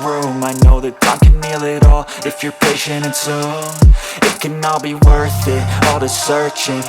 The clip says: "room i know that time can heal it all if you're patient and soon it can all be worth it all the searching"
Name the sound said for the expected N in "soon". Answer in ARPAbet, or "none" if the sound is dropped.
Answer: none